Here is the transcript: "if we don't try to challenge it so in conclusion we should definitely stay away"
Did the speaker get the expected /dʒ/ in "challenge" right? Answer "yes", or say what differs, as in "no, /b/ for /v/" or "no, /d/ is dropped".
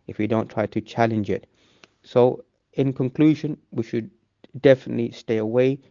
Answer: yes